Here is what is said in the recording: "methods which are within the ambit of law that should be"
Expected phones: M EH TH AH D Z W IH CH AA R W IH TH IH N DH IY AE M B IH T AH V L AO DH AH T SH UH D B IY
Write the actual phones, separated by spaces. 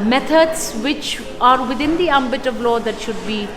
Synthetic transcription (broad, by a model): M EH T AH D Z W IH CH AA R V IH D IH N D IY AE M B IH T AH V L AO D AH T SH UH D B IY